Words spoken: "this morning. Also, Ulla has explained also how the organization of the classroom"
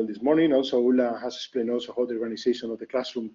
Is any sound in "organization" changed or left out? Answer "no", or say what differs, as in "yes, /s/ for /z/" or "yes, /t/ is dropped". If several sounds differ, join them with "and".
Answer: yes, /s/ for /z/